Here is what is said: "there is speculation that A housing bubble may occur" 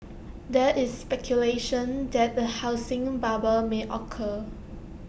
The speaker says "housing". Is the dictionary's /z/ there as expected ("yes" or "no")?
no